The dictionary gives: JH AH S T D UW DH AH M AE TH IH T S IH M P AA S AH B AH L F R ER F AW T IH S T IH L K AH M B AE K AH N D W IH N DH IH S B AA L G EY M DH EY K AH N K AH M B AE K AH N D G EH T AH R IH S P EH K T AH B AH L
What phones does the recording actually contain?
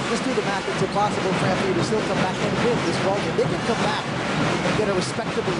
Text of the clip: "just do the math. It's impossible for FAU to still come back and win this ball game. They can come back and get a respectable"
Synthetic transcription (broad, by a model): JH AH S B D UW DH AH M AE TH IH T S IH P AA S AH B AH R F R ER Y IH T IH S T IH L K AH M B AE K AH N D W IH DH IH S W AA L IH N DH EY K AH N K AH M B AE K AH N G EH T AH R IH S P EH K T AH B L